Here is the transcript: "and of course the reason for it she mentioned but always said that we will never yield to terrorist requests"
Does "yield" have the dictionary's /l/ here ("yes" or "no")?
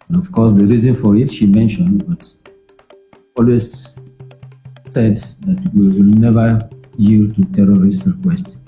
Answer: yes